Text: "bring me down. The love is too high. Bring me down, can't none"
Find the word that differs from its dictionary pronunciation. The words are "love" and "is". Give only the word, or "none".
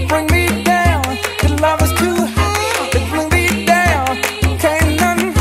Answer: is